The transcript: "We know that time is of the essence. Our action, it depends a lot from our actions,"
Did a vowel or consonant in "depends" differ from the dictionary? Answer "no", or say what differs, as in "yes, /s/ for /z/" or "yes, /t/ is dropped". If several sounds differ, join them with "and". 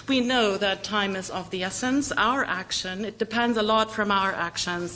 no